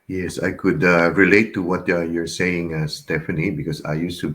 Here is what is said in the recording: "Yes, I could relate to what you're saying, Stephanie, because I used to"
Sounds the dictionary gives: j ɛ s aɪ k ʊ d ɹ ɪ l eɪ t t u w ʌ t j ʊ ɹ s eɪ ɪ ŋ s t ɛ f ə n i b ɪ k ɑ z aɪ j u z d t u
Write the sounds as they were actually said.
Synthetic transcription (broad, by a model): j ɛ s aɪ k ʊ d ɹ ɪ l eɪ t t u w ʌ t j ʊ ɹ s eɪ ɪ ŋ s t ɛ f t l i b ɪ k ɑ s aɪ j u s t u